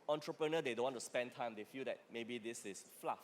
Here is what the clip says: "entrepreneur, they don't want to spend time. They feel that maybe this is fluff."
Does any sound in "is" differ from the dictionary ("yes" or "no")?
yes